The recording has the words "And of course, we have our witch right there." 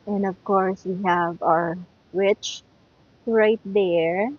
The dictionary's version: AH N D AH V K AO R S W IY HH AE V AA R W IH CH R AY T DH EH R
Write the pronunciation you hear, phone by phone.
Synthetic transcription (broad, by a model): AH N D AH V K AO R S W IY HH AE V AA R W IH CH R AY T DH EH R